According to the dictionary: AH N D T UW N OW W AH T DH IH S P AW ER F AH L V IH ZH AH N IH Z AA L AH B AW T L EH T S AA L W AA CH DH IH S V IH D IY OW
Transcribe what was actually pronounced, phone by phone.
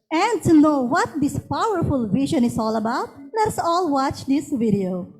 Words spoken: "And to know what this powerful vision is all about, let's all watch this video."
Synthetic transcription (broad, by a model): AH N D T UW N OW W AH T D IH S P AW ER F AH L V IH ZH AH N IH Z AA L AH B AW T L EH T S AA L W AA CH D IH S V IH D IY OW